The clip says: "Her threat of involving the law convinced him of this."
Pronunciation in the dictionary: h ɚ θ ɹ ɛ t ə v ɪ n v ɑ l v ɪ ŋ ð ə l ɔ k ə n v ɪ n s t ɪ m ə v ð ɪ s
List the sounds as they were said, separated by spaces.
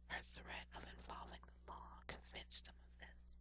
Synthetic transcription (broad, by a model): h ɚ θ ɹ ɛ t ə v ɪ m v ɑ l v ɪ ŋ ð ə l ɔ k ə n v ɪ n s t ɪ m ə v ð ɪ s